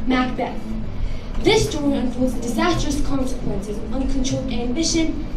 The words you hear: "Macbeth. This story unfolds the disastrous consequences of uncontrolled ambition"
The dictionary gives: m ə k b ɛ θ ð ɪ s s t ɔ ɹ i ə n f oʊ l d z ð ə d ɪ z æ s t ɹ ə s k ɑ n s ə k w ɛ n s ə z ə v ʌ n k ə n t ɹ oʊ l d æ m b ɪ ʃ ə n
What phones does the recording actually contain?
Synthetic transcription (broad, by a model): m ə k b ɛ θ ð ɪ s s t ɔ ɹ i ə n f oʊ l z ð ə d ɪ z æ s t ɹ ə s k ɑ n s ə k w ɛ n s ə z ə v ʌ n k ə n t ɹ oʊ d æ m b ɪ ʃ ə n